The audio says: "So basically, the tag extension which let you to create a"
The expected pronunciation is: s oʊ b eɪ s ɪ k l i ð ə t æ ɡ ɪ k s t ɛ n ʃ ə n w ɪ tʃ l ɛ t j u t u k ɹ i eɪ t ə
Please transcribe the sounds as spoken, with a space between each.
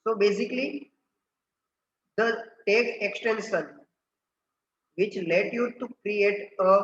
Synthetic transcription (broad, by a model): s oʊ b eɪ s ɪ k l i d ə t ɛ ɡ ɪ k s t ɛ n s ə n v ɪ tʃ l ɛ t j u t u k ɹ i eɪ t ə